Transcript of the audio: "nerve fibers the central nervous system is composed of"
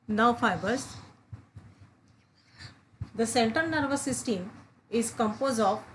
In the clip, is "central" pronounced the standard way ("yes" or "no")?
no